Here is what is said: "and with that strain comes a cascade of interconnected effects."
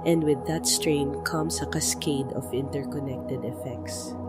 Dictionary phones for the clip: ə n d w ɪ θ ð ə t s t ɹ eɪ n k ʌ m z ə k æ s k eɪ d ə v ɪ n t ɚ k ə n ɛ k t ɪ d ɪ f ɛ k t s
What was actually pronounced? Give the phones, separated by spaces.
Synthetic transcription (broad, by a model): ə n d w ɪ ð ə t s t ɹ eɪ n k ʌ m s ə k æ s k eɪ d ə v ɪ n t ɚ k ə n ɛ k t ɪ d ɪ f ɛ k t s